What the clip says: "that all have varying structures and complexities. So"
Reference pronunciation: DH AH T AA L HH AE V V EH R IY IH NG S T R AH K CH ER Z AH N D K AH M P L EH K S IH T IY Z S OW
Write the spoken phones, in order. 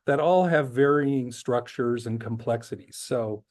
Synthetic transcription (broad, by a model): DH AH T AA L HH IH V V EH R IY IH NG S T R AH K CH ER Z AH N K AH M P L EH K S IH T IY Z S OW